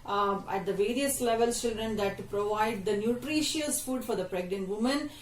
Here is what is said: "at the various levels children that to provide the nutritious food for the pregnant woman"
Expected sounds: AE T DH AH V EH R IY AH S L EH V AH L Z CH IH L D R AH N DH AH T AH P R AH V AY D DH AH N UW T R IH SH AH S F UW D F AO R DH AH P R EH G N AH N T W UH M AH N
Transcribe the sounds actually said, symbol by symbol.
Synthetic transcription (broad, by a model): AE T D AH V EH R IY AH S L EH V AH L S CH IH L D R AH N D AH T P R AH V AY D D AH N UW T R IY SH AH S F UW D F AO R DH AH P R EH G N AH N T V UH M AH N